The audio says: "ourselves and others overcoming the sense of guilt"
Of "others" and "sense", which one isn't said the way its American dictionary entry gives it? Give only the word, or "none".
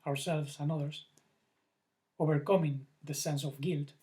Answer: others